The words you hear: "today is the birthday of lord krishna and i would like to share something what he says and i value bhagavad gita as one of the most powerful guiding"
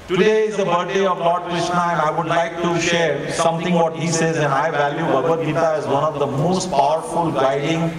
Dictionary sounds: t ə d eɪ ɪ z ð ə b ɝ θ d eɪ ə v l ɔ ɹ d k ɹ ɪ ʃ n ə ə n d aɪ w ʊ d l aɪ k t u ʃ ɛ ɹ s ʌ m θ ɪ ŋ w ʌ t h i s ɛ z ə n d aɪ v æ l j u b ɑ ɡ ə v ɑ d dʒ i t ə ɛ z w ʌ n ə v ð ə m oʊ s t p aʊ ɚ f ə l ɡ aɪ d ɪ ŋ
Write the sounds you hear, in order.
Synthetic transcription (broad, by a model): t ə d eɪ ɪ z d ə b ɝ t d eɪ ə v l ɔ ɹ d k ɹ ɪ ʃ n ə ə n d aɪ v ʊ d l aɪ k t u ʃ ɛ ɹ s ʌ m t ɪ ŋ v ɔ t h i s ɛ z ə n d aɪ v æ l j u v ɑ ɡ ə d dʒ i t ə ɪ z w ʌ n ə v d ə m oʊ s t p aʊ ɚ f ə l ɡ aɪ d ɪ ŋ